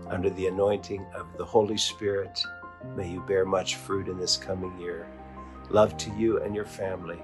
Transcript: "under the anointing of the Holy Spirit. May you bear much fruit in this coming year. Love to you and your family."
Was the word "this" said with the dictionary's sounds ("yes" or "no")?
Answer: yes